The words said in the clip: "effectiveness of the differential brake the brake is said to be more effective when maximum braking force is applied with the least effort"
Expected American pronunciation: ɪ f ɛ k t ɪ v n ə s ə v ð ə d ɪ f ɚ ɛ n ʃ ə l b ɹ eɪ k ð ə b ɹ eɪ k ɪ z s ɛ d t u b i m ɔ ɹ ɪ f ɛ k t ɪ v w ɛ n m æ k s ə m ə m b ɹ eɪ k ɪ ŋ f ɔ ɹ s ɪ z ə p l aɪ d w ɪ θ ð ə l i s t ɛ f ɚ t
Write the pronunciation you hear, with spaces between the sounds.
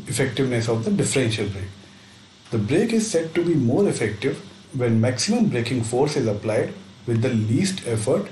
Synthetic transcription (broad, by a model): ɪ f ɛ k t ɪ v n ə s ə v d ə d ɪ f ɚ ɛ n ʃ ə l b ɹ eɪ k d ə b ɹ eɪ k ɪ z s ɛ d t u b i m ɔ ɹ ɪ f ɛ k t ɪ v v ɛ n m æ k s ə m ə m b ɹ eɪ k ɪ ŋ f ɔ ɹ s ɪ z ə p l aɪ d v ɪ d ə l i s t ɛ f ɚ t